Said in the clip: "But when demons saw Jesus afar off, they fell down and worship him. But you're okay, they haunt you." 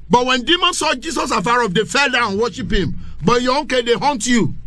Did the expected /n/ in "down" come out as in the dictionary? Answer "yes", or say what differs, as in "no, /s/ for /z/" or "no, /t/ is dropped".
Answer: no, /n/ is dropped